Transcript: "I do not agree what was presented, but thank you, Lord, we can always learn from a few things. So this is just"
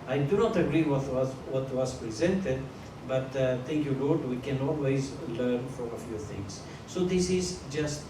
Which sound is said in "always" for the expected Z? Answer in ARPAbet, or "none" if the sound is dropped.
Z